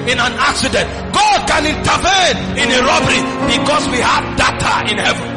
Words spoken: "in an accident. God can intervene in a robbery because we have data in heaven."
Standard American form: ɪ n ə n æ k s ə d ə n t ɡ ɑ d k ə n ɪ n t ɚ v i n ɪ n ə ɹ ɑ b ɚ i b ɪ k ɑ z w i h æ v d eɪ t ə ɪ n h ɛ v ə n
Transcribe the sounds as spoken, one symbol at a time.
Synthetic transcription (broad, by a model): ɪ n ə n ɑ k s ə d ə n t ɡ ɑ d k ə n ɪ n t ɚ v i n ɪ n ə ɹ ɑ b ɚ i b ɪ k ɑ s w i h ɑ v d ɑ t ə ɪ n h ɛ v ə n